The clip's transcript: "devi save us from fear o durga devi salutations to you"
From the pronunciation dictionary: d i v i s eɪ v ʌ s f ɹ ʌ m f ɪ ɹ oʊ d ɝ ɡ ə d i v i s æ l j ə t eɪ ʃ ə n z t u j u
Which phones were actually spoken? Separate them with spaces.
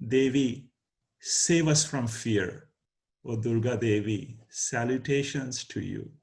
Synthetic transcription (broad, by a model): d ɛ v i s eɪ v ʌ s f ɹ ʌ m f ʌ ɹ oʊ d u ɡ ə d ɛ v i s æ l j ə t eɪ ʃ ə n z t u j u